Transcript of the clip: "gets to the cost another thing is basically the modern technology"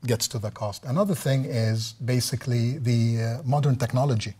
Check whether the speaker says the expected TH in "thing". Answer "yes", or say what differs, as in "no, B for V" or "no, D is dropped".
yes